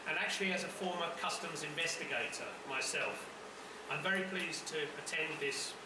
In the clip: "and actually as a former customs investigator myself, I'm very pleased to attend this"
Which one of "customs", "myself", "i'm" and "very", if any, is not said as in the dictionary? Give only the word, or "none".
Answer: none